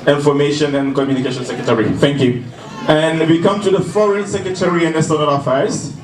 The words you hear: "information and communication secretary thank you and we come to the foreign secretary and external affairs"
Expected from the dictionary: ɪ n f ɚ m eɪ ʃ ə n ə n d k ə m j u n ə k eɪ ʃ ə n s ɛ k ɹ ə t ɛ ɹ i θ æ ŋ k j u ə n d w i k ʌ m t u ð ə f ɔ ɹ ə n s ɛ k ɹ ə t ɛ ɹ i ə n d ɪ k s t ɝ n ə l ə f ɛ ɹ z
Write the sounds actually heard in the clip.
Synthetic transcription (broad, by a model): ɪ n f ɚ m eɪ ʃ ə n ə n k ə m j u n ə k eɪ ʃ ə n s ɛ k ɹ ə t ɛ ɹ i θ æ ŋ k j u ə n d w i k ʌ m t u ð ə f ɔ ɹ ə n s ɛ k ɹ ə t ɛ ɹ i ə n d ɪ s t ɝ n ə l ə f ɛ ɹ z